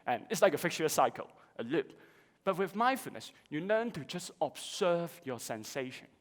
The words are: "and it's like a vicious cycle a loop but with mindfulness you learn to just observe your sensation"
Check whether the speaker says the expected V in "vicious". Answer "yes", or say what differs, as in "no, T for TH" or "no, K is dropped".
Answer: no, F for V